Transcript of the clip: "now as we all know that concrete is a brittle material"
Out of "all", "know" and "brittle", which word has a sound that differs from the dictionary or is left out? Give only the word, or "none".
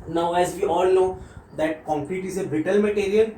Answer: brittle